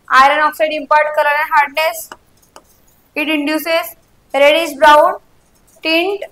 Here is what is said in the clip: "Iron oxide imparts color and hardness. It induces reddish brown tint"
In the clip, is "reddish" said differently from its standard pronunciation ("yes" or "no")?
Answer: yes